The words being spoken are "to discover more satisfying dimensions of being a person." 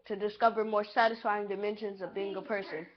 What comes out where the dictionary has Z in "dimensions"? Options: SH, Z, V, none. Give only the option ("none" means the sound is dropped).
Z